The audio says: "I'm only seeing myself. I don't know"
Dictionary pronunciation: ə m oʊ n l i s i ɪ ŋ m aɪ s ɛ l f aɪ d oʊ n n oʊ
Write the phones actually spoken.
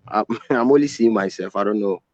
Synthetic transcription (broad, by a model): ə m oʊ l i s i m aɪ s ɛ l f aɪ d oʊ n n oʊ